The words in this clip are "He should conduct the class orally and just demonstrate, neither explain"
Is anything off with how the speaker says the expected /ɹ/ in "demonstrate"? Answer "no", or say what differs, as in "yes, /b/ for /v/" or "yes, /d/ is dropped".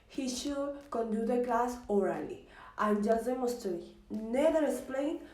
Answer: yes, /ɹ/ is dropped